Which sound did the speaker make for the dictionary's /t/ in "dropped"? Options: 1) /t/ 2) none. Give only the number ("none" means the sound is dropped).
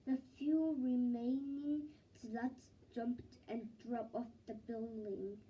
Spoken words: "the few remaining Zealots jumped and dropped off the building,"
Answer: 2